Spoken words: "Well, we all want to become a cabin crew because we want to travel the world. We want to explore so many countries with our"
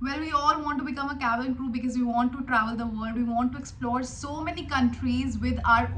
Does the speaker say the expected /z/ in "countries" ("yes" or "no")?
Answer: yes